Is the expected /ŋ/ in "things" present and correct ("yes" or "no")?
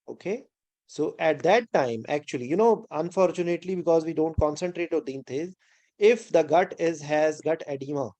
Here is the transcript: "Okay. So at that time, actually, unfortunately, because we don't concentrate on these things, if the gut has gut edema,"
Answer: no